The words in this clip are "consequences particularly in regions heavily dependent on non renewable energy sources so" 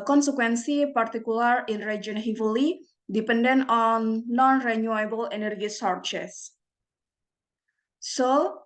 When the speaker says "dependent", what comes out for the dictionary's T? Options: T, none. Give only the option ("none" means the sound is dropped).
none